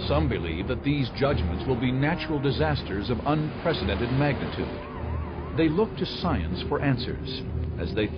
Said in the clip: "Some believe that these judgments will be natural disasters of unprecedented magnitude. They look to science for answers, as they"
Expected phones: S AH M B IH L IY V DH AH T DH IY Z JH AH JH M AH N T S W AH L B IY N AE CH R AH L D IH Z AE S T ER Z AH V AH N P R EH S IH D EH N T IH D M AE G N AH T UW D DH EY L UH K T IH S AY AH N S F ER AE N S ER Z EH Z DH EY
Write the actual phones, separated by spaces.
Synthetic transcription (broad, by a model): S AH M B IH L IY V DH AH T DH IY Z JH AH JH M AH N T S W AH L B IY N AE CH R L D IH Z AE S T ER Z AH V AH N P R EH S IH D EH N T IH D M AE G N AH T UW D DH EY L UH K T IH S AY AH N S F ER AE N S ER Z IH Z DH EY